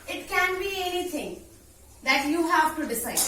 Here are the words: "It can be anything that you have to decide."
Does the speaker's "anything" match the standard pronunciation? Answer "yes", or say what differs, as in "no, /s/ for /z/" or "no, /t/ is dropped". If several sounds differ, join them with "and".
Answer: no, /t/ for /θ/